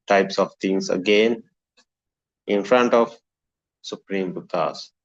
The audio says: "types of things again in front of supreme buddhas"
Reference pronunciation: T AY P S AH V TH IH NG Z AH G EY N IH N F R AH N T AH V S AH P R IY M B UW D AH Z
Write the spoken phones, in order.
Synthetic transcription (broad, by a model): T AY P S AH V T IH NG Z AH G EY N IH N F R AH N T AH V S AH P R IY M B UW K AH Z